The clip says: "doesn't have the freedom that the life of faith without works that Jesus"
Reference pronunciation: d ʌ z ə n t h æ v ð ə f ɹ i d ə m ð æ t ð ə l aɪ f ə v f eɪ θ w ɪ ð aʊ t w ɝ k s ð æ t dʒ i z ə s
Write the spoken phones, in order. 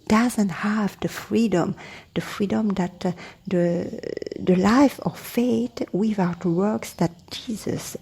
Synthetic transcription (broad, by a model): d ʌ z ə n t h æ v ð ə f ɹ i d ə m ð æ t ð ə l aɪ f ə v f eɪ t w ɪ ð aʊ t w ɝ k s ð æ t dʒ i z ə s